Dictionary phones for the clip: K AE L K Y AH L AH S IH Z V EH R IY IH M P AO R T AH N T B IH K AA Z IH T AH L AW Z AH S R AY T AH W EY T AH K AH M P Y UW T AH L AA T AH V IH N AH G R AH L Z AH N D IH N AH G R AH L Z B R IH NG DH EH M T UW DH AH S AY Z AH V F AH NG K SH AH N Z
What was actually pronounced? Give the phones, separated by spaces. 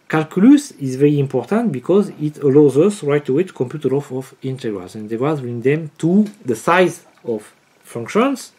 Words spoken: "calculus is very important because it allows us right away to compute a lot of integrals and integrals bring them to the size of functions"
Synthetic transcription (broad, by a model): K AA L K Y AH L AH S IH Z V EH R IY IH M P AO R T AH N T B IH K AA Z IH T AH L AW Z AH S R AY T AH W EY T K AH M P Y UW T AH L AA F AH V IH N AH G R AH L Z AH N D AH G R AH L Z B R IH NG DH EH M T UW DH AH S AY Z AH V F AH NG K SH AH N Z